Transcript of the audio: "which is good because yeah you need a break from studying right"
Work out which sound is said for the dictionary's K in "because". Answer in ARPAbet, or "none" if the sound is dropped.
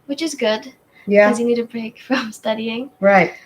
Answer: none